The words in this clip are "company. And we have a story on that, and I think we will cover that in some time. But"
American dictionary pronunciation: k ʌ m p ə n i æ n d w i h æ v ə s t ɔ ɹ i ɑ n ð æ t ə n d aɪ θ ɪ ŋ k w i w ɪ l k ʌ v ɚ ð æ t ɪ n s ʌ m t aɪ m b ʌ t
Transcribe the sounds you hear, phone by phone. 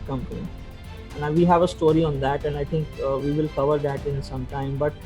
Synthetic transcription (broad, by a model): k ʌ m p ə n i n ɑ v i h æ v ə s t ɔ ɹ i ɑ n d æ t ə n d aɪ t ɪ ŋ k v i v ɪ l k ʌ v ɚ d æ t ɪ n s ʌ m t aɪ m b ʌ t